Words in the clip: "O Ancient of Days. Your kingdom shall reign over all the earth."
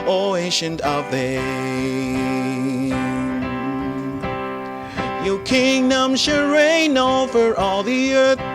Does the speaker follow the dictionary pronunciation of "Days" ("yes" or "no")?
no